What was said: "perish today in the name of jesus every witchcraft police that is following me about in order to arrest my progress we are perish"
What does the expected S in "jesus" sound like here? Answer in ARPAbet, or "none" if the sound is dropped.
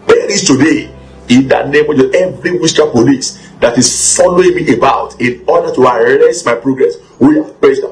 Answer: none